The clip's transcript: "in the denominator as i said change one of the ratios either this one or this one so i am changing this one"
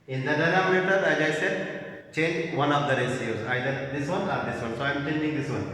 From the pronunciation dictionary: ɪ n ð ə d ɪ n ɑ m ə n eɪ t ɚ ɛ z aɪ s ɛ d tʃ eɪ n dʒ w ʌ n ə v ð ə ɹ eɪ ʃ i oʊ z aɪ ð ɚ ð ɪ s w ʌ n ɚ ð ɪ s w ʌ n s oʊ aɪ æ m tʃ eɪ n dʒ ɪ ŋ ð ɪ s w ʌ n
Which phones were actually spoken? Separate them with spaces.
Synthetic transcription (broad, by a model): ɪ n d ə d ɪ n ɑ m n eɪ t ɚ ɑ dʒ aɪ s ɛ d tʃ eɪ n dʒ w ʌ n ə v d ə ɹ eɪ s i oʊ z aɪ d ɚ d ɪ s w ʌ n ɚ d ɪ s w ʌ n s oʊ aɪ m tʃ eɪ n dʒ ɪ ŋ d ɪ s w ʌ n